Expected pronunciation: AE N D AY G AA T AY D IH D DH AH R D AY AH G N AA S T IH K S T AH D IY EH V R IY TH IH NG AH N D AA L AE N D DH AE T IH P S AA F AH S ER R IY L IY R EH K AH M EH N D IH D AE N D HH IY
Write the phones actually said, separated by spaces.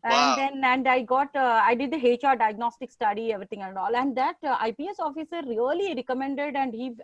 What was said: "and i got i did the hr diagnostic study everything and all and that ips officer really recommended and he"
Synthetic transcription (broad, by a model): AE N D AY G AA T AY D IH D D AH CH D AY AH G N AA S T IH K S T AH D IY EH V R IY T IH NG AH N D AA L AE N D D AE T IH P S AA F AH S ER R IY L IY R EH K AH M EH N D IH D AE N D HH IY